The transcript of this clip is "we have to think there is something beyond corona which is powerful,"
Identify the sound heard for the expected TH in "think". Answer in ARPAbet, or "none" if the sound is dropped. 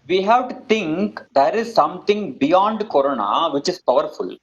T